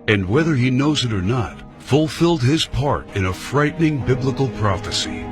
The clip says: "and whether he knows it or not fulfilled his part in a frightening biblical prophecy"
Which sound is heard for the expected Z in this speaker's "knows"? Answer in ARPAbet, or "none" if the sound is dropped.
Z